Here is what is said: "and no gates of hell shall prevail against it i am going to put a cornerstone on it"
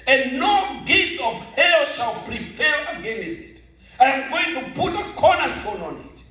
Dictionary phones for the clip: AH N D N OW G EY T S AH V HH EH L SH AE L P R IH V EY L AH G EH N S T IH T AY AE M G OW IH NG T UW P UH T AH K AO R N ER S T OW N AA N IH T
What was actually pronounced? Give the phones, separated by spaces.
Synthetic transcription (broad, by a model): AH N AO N G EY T AH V HH EH L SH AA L P R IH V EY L AH G EH N S T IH T AY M G OW IH NG T UW P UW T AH K AO N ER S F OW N AA N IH T